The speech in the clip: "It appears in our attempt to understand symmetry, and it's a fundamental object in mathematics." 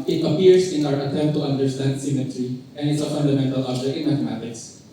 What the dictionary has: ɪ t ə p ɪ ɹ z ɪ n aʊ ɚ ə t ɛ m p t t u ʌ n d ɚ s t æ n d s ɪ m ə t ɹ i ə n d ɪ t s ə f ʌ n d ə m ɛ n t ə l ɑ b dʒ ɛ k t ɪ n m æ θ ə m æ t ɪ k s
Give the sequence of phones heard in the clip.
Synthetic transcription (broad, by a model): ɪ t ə p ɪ ɹ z ɪ n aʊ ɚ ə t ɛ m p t t u ʌ n d ɚ s t æ n d s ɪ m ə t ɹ i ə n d ɪ t s ə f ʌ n d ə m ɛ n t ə l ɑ dʒ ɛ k ɪ n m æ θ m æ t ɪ k s